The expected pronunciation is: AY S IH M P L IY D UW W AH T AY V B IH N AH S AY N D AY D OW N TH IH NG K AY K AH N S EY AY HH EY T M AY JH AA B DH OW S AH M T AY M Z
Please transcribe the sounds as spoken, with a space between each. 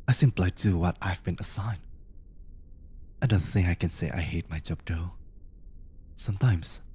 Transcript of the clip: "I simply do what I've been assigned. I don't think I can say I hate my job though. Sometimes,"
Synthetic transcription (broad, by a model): AY S IH M P L IY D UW W AH T AY V B IH N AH S AY N AY D OW N TH IH NG K AY K AH N S EY AY HH EY T M AY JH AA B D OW S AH M T AY M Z